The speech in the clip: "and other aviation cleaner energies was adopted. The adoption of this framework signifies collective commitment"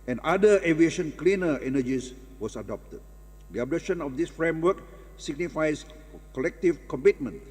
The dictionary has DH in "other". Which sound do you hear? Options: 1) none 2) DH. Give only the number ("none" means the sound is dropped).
1